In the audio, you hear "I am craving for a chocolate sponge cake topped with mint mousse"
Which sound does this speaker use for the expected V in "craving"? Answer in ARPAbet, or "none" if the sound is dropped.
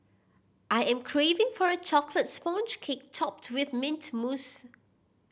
V